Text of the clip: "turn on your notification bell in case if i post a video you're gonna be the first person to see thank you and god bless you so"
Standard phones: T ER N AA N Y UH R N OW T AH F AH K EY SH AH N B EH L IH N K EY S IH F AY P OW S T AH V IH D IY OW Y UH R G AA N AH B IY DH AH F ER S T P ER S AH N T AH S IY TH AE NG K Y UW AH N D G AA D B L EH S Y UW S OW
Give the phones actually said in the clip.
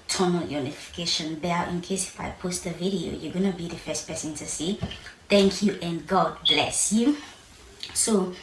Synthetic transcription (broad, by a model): T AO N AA Y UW N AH F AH K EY SH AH N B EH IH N K EY S IH F AY P OW S T AH V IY D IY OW Y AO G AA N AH B IY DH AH F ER S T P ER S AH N T AH S IY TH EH NG K Y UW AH N G AA D B L EH S Y UW S OW